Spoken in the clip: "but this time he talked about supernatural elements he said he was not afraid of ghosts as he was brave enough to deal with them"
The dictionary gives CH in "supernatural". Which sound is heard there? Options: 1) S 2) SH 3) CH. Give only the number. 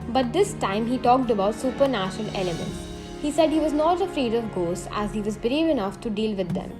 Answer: 2